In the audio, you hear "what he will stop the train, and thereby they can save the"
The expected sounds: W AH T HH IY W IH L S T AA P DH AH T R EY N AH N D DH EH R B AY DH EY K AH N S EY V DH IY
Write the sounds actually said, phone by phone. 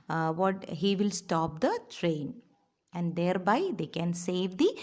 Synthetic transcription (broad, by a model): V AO T HH IY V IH L S T AA P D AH T R EY N AH N D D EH R B AY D EY K AH N S EY V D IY